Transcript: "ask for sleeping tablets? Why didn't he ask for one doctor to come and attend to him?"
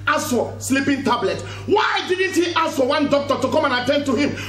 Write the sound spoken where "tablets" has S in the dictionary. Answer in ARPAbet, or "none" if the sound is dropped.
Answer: none